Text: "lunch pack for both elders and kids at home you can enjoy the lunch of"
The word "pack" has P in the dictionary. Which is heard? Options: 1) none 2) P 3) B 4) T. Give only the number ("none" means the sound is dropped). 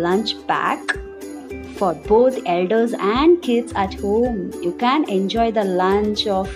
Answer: 3